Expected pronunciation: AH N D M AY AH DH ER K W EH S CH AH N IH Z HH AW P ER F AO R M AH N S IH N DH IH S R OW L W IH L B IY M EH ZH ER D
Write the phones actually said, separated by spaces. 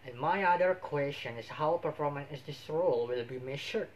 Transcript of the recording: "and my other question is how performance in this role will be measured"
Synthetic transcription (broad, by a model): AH N M AY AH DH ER K W EH S CH AH N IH S HH AW P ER F AO R M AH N IH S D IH S R OW L W IH L B IY M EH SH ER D